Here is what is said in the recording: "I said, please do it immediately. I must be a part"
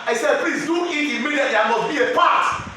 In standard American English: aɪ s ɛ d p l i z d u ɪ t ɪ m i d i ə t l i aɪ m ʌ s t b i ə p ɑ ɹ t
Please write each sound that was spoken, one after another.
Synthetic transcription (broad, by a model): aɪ s ɛ d p l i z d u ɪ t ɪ m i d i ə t i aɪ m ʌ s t b i ə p ɑ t